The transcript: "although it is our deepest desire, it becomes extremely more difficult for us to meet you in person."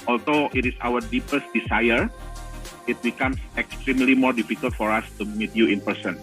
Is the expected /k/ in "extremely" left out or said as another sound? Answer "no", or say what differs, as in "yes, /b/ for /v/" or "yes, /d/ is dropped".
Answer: no